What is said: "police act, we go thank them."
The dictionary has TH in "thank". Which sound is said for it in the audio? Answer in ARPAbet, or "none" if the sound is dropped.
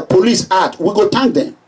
T